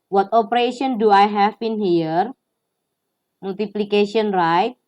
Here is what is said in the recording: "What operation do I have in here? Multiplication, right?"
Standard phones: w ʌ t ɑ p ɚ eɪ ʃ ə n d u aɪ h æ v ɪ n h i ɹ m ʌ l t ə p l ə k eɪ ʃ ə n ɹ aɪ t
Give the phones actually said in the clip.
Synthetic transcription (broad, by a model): w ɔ t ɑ p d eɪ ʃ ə n d u aɪ h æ b ɪ n h i ɹ m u l t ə p l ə k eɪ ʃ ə n ɹ aɪ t